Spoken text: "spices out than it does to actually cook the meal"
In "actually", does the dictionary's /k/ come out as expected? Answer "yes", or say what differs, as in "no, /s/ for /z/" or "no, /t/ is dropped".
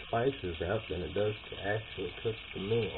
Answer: yes